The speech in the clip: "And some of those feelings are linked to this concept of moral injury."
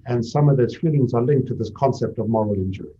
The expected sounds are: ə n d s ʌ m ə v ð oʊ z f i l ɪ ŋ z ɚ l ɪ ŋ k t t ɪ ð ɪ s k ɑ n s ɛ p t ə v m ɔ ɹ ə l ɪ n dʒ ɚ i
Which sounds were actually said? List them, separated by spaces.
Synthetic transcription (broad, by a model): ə n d s ʌ m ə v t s f i l ɪ ŋ z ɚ l ɪ ŋ k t t ɪ ð ɪ s k ɑ n s ɛ p t ə v m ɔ ɹ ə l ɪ n dʒ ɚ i